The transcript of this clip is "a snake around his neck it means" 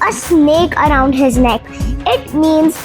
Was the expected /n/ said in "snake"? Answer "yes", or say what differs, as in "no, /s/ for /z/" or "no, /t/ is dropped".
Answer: yes